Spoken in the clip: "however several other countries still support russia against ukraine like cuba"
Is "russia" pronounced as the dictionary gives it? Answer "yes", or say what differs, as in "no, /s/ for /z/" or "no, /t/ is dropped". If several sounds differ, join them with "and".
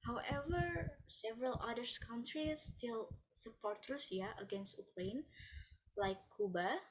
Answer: no, /s/ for /ʃ/